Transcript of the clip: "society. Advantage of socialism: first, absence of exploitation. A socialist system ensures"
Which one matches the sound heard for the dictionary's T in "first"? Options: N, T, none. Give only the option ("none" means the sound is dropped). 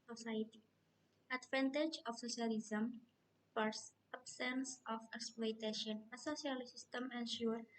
none